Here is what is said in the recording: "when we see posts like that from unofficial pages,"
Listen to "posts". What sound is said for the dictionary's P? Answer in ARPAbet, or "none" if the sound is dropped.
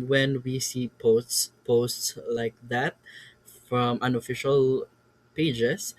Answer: P